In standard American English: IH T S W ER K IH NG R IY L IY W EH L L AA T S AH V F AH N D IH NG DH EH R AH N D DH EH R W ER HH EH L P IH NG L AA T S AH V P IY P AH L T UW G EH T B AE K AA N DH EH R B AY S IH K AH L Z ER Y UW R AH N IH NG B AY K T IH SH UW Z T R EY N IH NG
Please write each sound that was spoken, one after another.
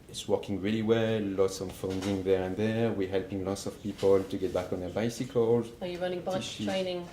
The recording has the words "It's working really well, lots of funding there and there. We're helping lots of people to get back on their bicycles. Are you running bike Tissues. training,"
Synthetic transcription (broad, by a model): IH T S W ER K IH NG R IY L IY W EH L L AA T S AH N F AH N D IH NG DH EH R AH N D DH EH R W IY HH EH L P IH NG L AA T S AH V P IY P AH L T UW G EH T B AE K AA N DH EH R B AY S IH K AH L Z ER Y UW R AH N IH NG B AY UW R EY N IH NG